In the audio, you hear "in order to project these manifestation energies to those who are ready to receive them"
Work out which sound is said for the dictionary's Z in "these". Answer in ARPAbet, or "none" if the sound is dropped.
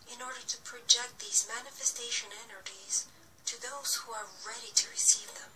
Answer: Z